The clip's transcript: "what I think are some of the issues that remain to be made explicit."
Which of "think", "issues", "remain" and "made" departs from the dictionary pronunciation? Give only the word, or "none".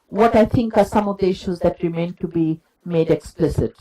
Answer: think